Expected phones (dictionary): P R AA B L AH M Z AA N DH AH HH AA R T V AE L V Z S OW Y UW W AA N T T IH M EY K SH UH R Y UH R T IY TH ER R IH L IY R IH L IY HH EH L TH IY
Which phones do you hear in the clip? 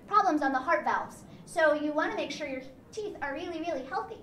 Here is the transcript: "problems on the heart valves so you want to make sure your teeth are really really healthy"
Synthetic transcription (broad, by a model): P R AA B L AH M Z N DH AH HH AA R T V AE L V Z S OW Y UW W AA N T T IH M EY K SH UH R Y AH R T IY TH ER R IH L IY R IH L IY HH EH L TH IY